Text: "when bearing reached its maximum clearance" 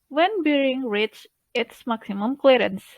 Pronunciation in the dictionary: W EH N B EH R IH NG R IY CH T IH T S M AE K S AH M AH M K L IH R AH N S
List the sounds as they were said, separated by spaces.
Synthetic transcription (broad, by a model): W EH N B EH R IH NG R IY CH IH T S M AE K S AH M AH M K L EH R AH N S